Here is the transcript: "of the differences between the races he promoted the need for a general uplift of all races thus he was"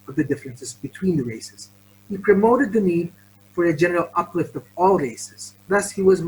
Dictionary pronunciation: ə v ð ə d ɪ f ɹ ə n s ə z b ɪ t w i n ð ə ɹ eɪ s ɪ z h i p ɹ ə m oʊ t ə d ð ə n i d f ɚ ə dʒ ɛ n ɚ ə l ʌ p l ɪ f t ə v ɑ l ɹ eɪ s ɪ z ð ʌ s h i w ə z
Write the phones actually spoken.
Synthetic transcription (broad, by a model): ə v ð ə d ɪ f ɹ ə n s ə z b ɪ t w i n ð ə ɹ eɪ s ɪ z h i p ɹ ə m oʊ t ə d ð ə n i d f ɚ ə dʒ ɛ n ɚ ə l ʌ p l ɪ f t ə v ɑ l ɹ eɪ s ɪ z ð ʌ s h i w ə z